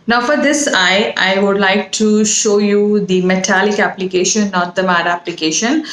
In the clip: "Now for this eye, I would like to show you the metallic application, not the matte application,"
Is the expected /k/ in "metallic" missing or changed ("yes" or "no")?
no